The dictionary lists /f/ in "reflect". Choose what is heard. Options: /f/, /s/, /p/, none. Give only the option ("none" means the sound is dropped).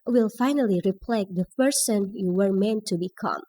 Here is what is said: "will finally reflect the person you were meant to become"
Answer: /p/